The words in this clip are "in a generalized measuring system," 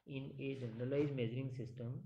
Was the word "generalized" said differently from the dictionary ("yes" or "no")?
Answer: yes